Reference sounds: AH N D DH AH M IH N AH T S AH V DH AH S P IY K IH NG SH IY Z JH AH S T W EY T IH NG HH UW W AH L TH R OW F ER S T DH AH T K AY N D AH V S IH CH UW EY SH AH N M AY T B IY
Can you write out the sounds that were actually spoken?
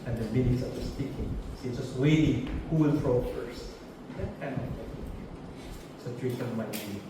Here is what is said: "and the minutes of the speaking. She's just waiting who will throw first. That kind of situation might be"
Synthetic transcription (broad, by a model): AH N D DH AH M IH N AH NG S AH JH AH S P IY K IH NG S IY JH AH S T W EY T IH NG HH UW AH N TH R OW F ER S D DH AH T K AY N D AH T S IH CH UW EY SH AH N M AY T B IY